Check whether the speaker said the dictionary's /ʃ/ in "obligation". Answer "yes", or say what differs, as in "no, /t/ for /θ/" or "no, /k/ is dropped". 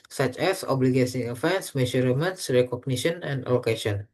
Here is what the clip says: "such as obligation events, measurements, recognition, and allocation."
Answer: no, /s/ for /ʃ/